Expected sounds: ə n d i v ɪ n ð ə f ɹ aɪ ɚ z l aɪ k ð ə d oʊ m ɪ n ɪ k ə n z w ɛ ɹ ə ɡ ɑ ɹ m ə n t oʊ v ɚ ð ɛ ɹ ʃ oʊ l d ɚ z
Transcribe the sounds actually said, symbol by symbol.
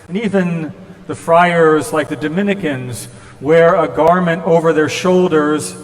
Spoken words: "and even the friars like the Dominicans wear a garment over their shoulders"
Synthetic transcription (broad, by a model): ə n i v ɪ n ð ə f ɹ aɪ ɚ z l aɪ k ð ə d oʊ m ɪ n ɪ k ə n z w ɛ ɹ ə ɡ ɑ ɹ m ə n t oʊ v ɚ ð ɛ ɹ ʃ oʊ l d ɚ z